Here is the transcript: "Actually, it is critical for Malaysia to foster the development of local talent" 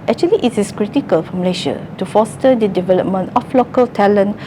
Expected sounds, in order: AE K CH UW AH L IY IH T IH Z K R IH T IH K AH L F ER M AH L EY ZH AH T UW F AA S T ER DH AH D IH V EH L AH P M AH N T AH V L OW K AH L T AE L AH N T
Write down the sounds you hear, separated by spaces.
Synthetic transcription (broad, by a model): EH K CH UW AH L IY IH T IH S K R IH T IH K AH L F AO M L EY SH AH T UW F AA S T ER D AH D IH V EH L AH P M AH N T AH F L OW K AH L T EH L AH N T